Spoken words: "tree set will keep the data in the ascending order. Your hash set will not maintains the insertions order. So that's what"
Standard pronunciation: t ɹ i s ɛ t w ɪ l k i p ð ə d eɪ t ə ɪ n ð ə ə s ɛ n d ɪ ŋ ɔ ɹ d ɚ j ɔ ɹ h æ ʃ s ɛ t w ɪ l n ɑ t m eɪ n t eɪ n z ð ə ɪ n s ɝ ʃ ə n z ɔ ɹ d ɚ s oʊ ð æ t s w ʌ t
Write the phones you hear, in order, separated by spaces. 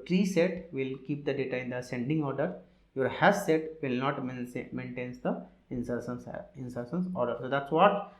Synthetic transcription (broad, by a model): t ɹ i s ɛ t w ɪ l k i p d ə d eɪ t ə ɪ n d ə ə s ɛ n d ɪ ŋ ɔ ɹ d ɚ j ɔ ɹ h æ s s ɛ t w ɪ l n ɑ t m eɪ n t eɪ n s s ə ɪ n s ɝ s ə n s ɔ ɹ d ɚ s oʊ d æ t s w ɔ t